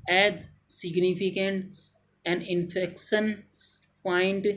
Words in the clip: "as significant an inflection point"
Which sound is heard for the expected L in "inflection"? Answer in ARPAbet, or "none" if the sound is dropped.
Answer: none